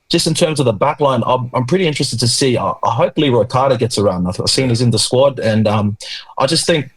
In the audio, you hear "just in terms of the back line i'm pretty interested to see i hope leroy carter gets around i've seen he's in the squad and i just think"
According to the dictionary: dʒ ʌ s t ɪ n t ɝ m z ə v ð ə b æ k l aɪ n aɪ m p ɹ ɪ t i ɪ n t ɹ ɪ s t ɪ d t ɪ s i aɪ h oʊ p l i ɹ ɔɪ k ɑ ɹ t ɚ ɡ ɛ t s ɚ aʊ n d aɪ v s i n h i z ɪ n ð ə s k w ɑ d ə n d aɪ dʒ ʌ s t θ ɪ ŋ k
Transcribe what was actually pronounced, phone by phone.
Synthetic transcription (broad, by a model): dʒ ʌ s t ɪ n t ɝ m z ə v ð ə b æ k l aɪ n aɪ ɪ p ɹ ɪ t i ɪ n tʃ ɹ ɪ s t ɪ d t ɪ s i aɪ h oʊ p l i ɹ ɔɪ k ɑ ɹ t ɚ ɡ ɛ t s ɚ aʊ n d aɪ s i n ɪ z ɪ n ð ə s k w ɑ d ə n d aɪ dʒ ʌ s t θ ɪ ŋ k